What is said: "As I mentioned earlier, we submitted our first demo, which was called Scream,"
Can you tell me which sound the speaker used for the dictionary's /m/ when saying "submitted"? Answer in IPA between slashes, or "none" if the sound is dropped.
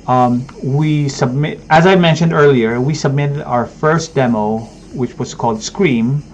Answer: /m/